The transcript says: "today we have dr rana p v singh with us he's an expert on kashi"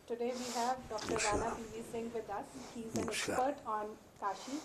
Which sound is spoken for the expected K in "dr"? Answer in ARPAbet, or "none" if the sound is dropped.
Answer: K